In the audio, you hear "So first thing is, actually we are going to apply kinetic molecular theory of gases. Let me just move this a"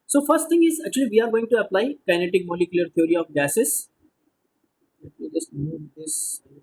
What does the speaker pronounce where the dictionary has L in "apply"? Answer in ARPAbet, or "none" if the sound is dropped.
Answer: L